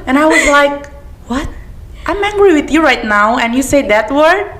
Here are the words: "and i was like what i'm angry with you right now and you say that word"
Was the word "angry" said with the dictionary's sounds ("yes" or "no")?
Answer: yes